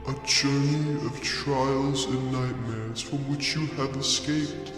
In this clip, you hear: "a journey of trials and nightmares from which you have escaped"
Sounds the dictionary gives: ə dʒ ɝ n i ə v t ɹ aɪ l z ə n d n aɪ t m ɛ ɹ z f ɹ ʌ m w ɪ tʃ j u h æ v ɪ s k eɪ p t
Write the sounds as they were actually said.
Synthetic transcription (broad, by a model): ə dʒ ɝ n i ə v t ɹ aɪ l z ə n n aɪ t m ɛ ɹ z f ɹ ʌ m w ɪ tʃ j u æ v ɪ s k eɪ p t